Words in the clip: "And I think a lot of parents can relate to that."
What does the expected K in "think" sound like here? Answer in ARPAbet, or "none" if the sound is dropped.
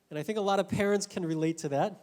K